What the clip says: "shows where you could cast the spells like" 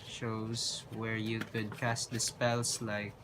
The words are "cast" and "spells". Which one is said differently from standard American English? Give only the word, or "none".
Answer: spells